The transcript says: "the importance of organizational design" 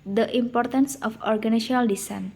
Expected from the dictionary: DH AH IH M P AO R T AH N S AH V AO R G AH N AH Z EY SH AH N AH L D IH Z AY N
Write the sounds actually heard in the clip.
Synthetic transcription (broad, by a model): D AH IH M P AO R T AH N S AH F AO R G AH N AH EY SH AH N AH L D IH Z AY N